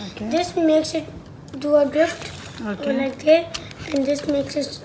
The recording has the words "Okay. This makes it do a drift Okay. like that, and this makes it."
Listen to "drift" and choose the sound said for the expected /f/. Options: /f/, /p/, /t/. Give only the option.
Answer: /f/